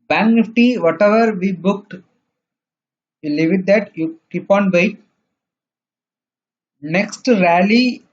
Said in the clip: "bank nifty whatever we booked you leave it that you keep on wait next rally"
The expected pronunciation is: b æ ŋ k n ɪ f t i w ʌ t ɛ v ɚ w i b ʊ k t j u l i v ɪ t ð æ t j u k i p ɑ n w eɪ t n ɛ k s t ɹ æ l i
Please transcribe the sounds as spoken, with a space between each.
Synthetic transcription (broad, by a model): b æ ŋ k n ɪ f t i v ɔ t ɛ v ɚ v i b ʊ k t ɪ l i v ɪ t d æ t j u k i p ɑ n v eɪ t n ɛ k s t ɹ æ l i